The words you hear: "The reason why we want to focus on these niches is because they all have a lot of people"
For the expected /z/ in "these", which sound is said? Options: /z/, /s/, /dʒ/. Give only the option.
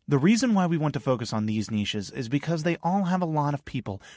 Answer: /z/